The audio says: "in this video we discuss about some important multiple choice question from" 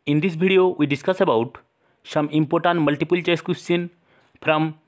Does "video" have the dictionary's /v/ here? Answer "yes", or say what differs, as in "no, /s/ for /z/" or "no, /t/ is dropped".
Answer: no, /b/ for /v/